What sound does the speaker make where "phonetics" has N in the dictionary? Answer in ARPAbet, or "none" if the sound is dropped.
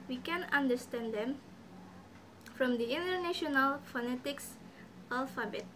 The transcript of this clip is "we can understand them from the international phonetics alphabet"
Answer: N